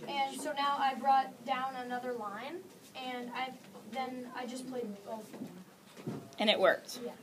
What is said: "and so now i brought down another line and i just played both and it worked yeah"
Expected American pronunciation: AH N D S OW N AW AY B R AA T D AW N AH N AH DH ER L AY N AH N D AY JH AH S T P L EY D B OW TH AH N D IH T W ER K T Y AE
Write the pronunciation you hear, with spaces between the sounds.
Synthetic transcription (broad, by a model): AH N S OW N AW AY B R AA T D AW N AH N AH DH ER L AY N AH N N AY JH AH S P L EY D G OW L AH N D IH T W ER K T Y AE